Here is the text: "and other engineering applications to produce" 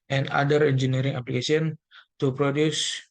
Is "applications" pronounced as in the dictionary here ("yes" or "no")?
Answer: no